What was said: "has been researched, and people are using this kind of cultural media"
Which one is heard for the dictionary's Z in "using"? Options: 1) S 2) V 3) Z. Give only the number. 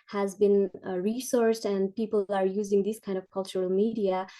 3